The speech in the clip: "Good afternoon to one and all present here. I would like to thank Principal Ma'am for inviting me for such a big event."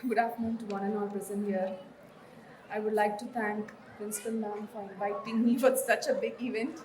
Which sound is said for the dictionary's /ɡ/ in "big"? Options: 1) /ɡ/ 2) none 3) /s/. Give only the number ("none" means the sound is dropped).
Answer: 1